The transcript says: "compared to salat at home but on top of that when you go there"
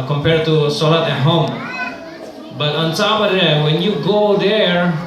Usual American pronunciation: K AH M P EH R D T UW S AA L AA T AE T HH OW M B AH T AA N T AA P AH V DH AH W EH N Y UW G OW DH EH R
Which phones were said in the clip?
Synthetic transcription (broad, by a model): K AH M P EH R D T UW S AA L AA T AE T HH OW M B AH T AA N S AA B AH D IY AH W EH N Y UW G OW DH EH R